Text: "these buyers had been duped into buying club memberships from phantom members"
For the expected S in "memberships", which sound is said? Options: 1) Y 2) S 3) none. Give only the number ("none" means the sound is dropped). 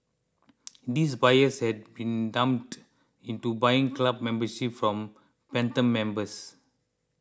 3